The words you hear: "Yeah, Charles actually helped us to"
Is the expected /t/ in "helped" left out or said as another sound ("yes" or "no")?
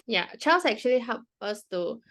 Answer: yes